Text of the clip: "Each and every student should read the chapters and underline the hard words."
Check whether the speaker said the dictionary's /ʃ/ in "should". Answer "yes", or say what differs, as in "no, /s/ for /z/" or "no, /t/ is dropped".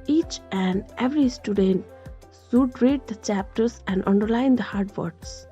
no, /s/ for /ʃ/